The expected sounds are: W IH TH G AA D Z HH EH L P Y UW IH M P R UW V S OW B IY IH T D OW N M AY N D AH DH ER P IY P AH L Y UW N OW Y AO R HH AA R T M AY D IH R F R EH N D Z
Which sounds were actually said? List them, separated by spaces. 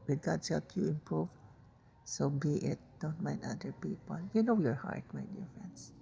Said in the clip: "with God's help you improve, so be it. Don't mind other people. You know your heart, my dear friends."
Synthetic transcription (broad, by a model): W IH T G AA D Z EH P Y UW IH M P R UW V S OW B IY IH T D OW N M AY N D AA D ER P IY P AH L Y UW N OW Y AO R HH AA R T M AY D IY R F R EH N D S